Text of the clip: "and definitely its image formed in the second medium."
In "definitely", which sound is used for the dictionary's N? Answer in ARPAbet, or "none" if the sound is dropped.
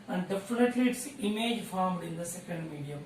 L